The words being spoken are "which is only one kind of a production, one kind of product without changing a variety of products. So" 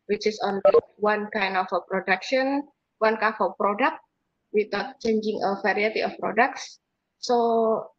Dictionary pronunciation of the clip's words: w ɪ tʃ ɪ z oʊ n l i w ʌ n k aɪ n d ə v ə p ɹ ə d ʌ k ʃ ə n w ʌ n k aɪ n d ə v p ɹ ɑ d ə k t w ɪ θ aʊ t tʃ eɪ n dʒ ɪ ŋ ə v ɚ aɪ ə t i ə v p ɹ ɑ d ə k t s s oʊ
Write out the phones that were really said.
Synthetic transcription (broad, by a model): w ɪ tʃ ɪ s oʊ n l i w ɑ n k aɪ n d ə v ə p ɹ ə d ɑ k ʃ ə n w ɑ n k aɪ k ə p ɹ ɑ d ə k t w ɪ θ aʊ t tʃ eɪ n dʒ ɪ ŋ ə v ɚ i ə t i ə f p ɹ ɑ d ə k t s s oʊ